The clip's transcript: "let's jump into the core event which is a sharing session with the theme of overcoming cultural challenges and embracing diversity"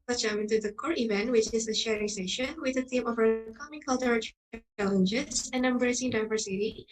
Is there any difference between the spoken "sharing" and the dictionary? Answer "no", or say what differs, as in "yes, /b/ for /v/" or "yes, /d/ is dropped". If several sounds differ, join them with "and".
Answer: no